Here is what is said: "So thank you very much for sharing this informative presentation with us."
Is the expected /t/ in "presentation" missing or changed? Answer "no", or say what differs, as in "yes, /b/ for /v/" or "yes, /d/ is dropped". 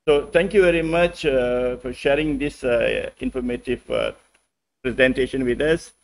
no